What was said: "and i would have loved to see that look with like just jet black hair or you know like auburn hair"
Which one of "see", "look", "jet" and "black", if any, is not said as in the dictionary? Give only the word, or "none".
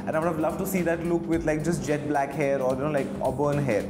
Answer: none